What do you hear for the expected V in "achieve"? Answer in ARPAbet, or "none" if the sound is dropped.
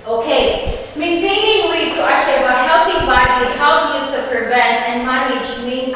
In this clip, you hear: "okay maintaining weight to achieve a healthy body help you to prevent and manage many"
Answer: W